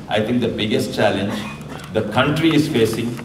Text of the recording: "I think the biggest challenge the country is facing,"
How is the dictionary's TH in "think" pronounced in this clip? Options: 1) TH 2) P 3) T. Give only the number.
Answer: 3